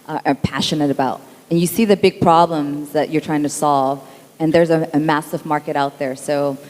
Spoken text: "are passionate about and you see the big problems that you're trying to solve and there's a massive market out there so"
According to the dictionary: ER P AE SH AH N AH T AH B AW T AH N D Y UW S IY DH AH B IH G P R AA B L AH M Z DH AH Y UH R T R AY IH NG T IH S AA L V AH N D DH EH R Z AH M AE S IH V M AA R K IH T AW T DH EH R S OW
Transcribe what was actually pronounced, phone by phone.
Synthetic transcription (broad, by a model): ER P AE SH AH N AH T AH B AW T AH N Y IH S IY DH AH B IH G P R AA B L AH M Z DH AH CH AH R T R AY IH NG T IH S AA L V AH N DH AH R Z AH M AE S IH V M AA R K IH T AW T DH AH R S OW